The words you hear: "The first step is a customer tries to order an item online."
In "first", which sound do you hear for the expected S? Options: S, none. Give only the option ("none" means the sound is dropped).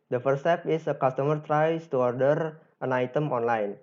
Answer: none